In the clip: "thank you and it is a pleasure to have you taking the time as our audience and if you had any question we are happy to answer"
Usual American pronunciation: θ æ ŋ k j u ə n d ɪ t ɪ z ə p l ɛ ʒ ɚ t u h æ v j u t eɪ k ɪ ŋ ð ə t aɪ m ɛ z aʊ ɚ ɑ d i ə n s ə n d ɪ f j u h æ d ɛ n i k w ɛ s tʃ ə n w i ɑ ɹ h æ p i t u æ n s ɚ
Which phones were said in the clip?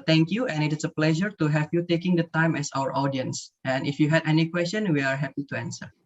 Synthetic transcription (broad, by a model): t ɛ ŋ k j u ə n ɪ t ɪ s ə p l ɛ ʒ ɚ t u h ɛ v j u t eɪ k ɪ ŋ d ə t aɪ m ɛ s aʊ ɚ ɑ d i ə n s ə n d ɪ f j u h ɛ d ɛ n i k w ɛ s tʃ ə n w i ɑ ɹ h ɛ p i t u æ n s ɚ